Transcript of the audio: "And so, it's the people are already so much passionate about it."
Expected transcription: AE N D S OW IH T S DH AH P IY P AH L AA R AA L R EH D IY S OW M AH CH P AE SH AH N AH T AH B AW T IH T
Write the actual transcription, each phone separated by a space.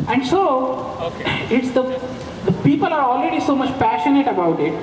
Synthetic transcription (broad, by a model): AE N D S OW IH T S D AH P IY P AH L AA R AA L R EH D IY S OW M AH CH P AE SH AH N AH T AH B AW T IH T